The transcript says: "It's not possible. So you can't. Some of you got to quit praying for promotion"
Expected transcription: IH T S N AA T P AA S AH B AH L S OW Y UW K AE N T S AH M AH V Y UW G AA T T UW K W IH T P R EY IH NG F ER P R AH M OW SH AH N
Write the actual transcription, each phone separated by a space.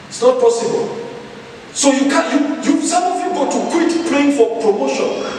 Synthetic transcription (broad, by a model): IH T S N AA T P AA S AH B AH L S OW Y UW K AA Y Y S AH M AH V Y UW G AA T T UW K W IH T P L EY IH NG F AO P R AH M OW SH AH N